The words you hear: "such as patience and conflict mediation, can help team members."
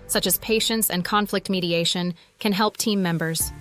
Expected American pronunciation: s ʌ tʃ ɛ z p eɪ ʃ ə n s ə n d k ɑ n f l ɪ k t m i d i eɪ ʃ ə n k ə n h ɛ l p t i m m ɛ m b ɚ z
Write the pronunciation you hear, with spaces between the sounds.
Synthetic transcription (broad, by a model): s ʌ tʃ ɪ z p eɪ ʃ ə n s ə n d k ɑ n f l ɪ k t m i d i eɪ ʃ ə n k ə n h ɛ l p t i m m ɛ m b ɚ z